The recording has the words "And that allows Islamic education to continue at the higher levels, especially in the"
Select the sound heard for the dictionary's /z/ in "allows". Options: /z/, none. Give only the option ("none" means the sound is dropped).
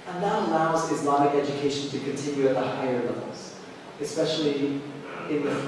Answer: /z/